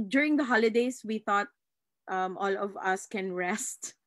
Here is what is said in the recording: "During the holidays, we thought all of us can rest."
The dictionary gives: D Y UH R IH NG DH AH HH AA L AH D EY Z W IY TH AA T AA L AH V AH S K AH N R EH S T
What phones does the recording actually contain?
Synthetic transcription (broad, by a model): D Y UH R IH NG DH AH HH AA L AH D EY S W IY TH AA T AA L AH V AH S K AH N R EH S T